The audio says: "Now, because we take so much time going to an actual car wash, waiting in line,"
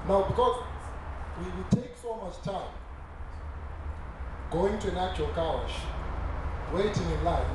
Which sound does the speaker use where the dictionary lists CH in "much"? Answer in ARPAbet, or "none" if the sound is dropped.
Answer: S